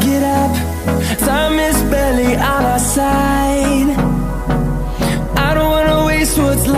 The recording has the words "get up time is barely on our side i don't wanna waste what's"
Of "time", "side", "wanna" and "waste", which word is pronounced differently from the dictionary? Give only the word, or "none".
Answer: time